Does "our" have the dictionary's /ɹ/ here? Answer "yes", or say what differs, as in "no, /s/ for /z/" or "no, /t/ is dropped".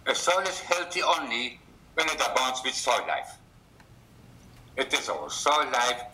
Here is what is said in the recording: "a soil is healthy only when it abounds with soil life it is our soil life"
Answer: no, /l/ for /ɹ/